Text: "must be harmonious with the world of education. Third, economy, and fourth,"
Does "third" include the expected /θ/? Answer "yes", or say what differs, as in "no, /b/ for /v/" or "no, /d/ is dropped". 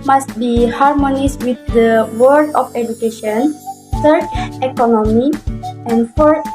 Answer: no, /s/ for /θ/